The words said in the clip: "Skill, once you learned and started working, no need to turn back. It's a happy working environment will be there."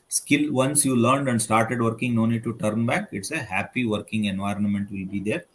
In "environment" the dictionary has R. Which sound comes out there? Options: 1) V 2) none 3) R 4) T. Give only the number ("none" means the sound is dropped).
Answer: 3